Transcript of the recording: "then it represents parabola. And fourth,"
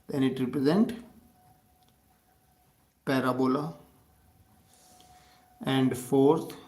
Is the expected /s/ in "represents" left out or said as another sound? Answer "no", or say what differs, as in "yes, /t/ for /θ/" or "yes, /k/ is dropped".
yes, /s/ is dropped